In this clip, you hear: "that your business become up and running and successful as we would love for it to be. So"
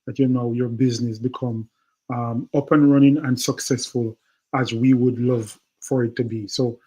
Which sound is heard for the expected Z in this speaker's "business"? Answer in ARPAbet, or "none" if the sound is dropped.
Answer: Z